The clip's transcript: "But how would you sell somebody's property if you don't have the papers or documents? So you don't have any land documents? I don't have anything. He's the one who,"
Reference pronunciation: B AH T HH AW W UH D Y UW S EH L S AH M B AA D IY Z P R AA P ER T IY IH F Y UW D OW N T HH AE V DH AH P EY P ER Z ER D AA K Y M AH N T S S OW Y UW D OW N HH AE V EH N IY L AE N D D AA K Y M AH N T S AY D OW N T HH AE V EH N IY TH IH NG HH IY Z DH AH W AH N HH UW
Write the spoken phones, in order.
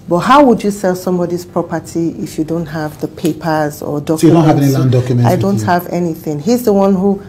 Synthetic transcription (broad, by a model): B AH T HH AW W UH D Y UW S EH L S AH M B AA D IY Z P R AA P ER T IY IH F Y UW D OW N T HH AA V DH AH P EY P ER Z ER D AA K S S OW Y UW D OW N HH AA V EH N IY L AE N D D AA K Y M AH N AY D OW N T HH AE V EH N IY TH IH NG HH IY Z DH AH W AH N HH UW